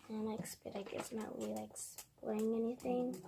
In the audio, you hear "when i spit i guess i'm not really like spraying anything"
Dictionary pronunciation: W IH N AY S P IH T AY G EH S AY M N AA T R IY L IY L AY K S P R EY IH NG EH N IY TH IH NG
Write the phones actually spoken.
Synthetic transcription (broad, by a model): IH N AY S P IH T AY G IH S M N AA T W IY L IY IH K S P L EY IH NG EH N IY TH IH NG